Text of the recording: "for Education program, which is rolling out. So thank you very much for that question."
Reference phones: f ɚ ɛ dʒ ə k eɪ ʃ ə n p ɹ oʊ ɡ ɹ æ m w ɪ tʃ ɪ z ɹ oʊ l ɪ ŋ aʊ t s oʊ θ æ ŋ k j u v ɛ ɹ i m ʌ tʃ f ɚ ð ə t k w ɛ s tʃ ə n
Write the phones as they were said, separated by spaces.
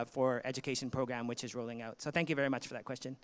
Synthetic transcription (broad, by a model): f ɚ ɛ dʒ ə k eɪ ʃ n p ɹ oʊ ɡ ɹ æ m w ɪ tʃ ɪ z ɹ oʊ l ɪ ŋ aʊ t s oʊ θ æ ŋ k j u v ɛ ɹ i m ʌ tʃ f ɚ ð ə t k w ɛ s tʃ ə n